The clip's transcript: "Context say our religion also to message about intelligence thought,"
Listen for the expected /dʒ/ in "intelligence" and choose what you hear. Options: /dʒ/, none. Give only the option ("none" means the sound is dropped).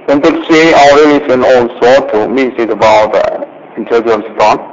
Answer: none